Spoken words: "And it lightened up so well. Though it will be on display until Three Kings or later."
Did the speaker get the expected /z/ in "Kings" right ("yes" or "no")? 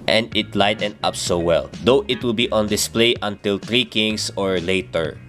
no